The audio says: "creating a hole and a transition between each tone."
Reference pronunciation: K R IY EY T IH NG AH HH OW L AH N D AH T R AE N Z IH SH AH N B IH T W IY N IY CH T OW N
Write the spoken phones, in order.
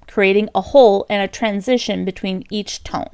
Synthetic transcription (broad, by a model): K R IY EY T IH NG AH HH OW L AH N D AH T R AE N Z IH SH AH N B IH T W IY N IY CH T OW N